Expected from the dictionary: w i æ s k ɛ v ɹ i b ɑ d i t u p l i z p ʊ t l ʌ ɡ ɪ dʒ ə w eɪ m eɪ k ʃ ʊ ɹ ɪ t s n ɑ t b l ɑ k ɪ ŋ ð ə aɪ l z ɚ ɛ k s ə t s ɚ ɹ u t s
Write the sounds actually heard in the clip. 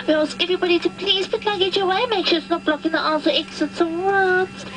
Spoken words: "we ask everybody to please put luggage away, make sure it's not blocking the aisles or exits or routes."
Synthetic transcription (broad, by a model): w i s ɛ v ɹ i b ɑ d i t u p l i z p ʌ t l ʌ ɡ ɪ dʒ ə w eɪ m eɪ k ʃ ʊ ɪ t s n ɑ t b l ɑ k ɪ ŋ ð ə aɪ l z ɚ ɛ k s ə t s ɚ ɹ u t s